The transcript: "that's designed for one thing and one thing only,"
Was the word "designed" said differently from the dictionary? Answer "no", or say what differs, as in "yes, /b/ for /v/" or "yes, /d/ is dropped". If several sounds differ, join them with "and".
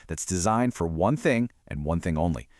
no